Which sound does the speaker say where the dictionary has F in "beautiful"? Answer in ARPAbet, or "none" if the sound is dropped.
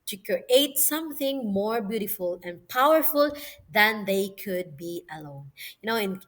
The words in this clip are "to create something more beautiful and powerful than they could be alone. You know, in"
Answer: F